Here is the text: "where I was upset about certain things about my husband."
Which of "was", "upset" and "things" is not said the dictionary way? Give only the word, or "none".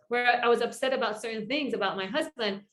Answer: none